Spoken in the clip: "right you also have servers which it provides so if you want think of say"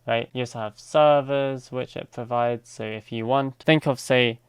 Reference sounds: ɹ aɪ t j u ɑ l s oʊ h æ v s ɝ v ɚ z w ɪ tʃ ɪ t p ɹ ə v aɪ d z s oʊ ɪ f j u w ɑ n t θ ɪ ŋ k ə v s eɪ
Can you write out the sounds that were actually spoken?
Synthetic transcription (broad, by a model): ɹ aɪ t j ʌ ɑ s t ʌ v s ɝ v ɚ z w ɪ tʃ ɪ t p ɹ ə v aɪ d z s oʊ ɪ f j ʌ w ɑ n t θ ɪ ŋ k ə v s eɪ